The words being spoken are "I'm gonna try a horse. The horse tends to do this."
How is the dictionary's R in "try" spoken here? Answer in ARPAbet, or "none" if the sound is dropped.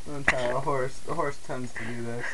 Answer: none